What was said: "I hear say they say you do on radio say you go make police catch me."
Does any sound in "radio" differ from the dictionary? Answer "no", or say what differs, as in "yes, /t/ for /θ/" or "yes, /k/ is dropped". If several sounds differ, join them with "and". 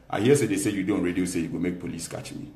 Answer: no